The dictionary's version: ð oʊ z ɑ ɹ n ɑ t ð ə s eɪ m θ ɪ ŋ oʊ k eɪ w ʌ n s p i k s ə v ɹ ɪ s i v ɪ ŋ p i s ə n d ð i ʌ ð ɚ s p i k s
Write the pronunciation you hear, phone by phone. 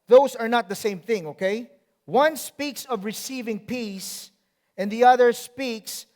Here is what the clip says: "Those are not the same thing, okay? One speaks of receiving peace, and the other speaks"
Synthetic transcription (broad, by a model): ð oʊ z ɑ ɹ n ɑ t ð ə s eɪ m θ ɪ ŋ oʊ k eɪ w ʌ n s p i k s ə v ɹ ɪ s i v ɪ ŋ p i s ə n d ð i ʌ ð ɚ s p i k s